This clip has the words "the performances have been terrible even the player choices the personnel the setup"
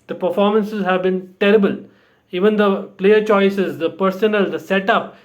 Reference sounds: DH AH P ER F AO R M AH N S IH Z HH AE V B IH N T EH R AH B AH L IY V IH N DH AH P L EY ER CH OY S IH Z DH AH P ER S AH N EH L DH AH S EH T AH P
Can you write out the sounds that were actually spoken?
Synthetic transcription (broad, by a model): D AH P ER F AO R M AH N S IH Z HH AE V B IH N T EH R AH B AH L IY V IH N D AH P L EY ER CH OY S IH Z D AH P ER S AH N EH L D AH S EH T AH P